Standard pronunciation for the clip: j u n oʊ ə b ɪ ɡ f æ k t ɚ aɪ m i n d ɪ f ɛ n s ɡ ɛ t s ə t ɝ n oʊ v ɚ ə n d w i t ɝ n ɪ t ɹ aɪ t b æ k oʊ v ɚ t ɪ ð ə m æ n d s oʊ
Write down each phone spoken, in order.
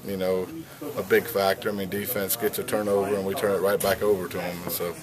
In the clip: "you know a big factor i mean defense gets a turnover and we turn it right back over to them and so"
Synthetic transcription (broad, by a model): j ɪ n oʊ ə b ɪ ɡ f æ k t ɚ aɪ m i n d ɪ f ɛ n s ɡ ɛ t ə t ɝ n oʊ v ɚ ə n w i t ɝ n ɪ t ɹ aɪ t b æ k oʊ v ɚ t ɪ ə m n s oʊ